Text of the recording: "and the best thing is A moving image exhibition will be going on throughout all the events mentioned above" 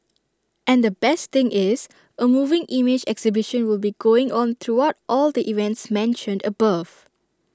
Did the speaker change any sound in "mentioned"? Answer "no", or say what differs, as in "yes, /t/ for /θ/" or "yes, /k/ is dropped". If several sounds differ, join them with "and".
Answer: no